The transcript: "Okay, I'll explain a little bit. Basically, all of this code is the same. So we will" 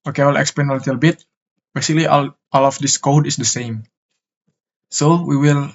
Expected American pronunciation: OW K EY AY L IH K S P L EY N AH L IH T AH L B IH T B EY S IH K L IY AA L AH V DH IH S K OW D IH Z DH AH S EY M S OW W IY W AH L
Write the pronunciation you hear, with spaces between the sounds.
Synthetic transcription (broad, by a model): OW K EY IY L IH K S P EY N AH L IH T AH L B IH T B EY S IH K L IY AA L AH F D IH S K OW D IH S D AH S EY M S OW W IY W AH L